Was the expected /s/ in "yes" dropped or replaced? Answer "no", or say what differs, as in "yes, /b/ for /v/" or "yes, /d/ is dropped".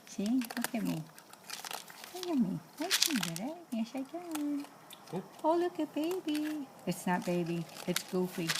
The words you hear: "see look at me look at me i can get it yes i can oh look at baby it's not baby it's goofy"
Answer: yes, /ʃ/ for /s/